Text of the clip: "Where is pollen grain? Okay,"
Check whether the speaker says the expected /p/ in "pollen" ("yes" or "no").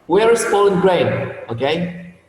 no